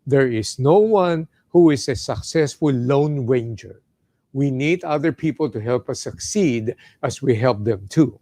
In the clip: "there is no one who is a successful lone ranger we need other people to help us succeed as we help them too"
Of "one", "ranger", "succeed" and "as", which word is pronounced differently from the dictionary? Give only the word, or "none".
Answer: as